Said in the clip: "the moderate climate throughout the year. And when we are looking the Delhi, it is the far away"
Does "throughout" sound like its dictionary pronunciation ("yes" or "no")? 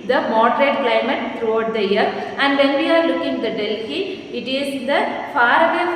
no